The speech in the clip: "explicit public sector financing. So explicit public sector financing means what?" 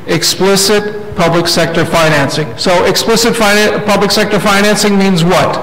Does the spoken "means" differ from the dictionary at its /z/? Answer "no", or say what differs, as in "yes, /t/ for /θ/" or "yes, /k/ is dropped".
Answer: no